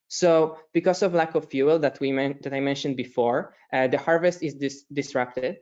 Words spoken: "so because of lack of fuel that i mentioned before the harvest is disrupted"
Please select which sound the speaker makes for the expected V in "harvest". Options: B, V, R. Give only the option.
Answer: V